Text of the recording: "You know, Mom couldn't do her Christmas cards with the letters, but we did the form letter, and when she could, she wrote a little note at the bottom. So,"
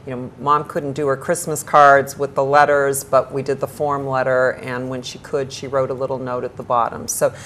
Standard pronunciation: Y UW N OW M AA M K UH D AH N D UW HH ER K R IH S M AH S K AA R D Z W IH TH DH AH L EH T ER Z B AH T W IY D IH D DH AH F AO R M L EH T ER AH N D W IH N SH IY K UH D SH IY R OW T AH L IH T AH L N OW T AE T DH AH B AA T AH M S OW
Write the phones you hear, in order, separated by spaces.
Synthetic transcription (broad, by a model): Y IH N OW M AA M K UH D N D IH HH ER K R IH S M AH S K AA R D Z W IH DH AH L EH T ER Z B AH T W IY D IH D DH AH F AO R M L EH T ER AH N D W IH N SH IY K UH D SH IY R OW T AH L IH T L N OW T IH T DH AH B AA T AH M S OW